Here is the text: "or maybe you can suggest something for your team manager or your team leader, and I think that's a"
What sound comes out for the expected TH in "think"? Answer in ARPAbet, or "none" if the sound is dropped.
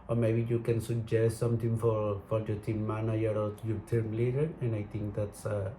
T